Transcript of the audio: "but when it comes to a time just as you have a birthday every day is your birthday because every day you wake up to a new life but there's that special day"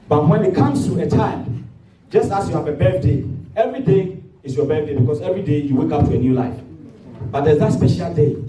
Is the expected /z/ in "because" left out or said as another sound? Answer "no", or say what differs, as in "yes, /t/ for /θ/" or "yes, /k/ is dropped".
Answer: yes, /s/ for /z/